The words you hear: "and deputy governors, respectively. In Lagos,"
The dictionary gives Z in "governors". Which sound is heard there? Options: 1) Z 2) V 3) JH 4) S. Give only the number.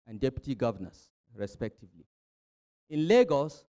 4